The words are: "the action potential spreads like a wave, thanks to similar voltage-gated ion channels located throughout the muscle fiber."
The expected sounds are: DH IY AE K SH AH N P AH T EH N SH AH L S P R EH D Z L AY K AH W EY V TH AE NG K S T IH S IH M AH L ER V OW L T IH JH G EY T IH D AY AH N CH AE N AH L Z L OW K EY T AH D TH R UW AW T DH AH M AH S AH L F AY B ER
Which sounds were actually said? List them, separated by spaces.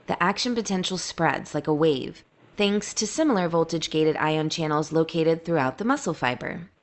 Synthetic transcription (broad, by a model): DH IY AE K SH AH N P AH T EH N SH L S P R EH D Z L AY K AH W EY V TH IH NG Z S T IH S IH M L ER V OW L T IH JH G EY T IH D AY AH N CH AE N L Z L OW K EY T AH D TH R UW AW T DH AH M AH S L F AY B ER